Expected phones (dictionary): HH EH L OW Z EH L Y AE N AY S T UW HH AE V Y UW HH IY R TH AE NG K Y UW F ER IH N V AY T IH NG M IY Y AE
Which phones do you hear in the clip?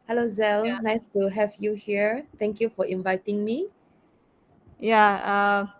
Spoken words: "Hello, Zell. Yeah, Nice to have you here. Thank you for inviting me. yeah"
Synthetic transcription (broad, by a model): HH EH L OW Z EH L N AY S T UW HH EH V Y UW HH IY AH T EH NG K Y UW F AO IH N V AY T IH NG M IY Y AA